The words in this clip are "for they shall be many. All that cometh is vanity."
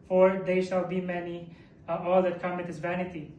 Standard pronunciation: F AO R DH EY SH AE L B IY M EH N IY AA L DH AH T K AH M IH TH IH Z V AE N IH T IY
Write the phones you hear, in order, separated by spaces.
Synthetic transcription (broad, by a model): F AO R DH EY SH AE L B IY M EH N IY AA L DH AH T K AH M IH T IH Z V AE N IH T IY